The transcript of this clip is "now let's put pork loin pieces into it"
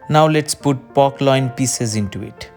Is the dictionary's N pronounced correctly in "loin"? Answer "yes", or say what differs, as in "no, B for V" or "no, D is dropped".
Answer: yes